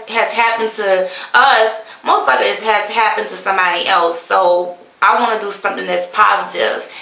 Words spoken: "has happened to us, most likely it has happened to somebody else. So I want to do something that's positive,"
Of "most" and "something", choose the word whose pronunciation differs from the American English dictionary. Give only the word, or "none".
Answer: none